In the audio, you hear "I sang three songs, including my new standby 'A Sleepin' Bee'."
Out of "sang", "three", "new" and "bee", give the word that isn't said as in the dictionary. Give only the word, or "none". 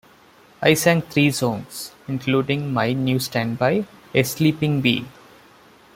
three